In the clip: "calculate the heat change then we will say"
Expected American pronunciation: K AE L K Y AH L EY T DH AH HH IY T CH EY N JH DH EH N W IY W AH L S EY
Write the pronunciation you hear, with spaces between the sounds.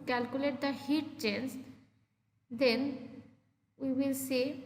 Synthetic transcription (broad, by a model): K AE L K Y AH L EY T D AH HH IY T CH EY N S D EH N W IY W AH L S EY